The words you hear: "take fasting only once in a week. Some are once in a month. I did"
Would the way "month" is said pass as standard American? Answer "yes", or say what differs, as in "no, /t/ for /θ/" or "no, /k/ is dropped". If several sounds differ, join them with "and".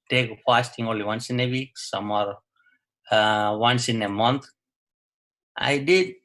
no, /t/ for /θ/